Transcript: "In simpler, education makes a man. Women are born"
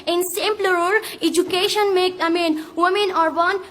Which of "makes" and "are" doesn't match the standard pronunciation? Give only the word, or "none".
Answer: makes